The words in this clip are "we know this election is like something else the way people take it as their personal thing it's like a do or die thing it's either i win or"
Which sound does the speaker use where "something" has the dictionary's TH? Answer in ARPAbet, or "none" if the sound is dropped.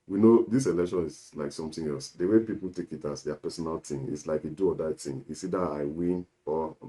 T